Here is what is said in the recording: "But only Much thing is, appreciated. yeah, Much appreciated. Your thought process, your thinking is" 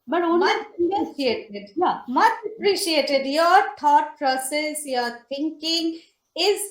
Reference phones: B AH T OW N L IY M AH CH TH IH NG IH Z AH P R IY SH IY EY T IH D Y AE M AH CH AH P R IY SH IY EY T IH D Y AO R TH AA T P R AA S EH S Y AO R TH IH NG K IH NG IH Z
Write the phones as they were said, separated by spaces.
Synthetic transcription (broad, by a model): B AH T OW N IY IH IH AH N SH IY EY T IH D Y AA M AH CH AH P R IY SH IY EY T IH D Y AO R T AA T P R AA S EH S Y AO R T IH NG K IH NG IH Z